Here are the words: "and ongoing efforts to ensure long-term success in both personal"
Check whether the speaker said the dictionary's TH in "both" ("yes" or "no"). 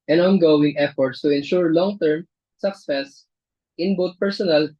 no